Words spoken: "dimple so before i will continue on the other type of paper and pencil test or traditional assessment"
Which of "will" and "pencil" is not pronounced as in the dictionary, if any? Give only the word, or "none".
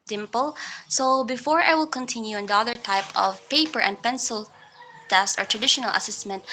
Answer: none